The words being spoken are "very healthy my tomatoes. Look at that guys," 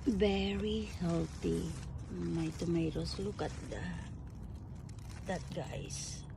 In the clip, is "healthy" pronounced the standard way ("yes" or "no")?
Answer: no